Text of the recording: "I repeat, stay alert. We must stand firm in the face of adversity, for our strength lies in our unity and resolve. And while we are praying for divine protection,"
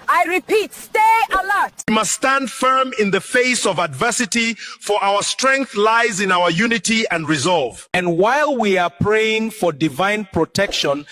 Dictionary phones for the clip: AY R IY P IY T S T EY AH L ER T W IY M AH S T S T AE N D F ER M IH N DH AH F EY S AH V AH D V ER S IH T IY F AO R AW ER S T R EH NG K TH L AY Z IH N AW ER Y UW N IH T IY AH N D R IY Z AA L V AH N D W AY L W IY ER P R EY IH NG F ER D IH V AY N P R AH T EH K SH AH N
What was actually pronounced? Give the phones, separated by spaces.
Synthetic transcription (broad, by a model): AY R IY P IY T S T EY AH L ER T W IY M AH S T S T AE N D F ER M IH N DH AH F EY S AH V AH D V ER S IH T IY F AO R AW ER S T R EH NG K TH L AY Z IH N AW ER Y UW N IH T IY AH N D R IY Z AA L V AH N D W AY L W IY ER P R EY IH NG F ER D IH V AY N P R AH T EH K SH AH N